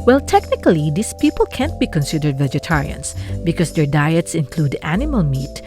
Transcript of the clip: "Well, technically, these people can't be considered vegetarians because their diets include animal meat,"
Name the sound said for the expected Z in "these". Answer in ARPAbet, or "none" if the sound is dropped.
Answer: S